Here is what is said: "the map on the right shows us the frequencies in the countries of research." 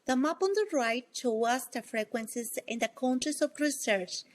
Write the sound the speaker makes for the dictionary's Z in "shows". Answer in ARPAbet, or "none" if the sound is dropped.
none